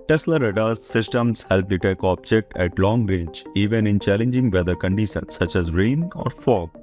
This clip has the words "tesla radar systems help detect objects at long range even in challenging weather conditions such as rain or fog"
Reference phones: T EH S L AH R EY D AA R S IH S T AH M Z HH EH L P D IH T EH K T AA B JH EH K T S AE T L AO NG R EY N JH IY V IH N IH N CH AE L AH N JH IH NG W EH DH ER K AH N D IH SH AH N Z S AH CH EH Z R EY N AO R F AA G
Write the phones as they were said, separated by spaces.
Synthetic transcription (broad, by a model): T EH S L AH R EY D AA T S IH S T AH M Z HH EH L P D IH T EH K AA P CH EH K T AE T L AO NG R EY JH IY V IH N IH N CH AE L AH N JH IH NG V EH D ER K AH N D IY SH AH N S AH CH EH Z R EY N AO R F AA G